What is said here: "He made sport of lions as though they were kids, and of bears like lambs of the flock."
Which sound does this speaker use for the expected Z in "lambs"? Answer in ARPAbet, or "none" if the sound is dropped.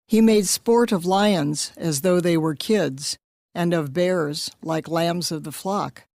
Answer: Z